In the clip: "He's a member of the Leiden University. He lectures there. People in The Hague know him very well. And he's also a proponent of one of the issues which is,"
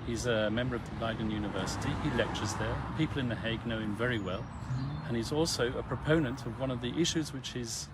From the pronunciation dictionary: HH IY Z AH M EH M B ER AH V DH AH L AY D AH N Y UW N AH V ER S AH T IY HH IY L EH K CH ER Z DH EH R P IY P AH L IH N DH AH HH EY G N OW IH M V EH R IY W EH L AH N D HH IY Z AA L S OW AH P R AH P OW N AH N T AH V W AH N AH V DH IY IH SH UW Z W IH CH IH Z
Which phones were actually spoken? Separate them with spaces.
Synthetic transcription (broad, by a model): HH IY Z AH M EH M B ER AH V DH AH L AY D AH N Y UW N AH V ER S AH T IY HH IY L EH K CH ER Z DH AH R P IY P L IH N DH AH HH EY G N OW IH M V EH R IY W EH L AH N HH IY Z AA L S OW AH P R AH P OW N AH N T AH V W AH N AH V DH IY IH SH UW Z W IH CH IH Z